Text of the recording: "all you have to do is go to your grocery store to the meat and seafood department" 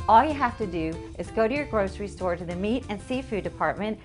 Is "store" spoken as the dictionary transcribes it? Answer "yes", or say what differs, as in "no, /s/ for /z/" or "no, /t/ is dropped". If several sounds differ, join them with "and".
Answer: yes